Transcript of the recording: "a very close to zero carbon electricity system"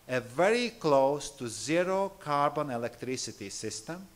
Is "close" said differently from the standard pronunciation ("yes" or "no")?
no